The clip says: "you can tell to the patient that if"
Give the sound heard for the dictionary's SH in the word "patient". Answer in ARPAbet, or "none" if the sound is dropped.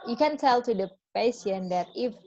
S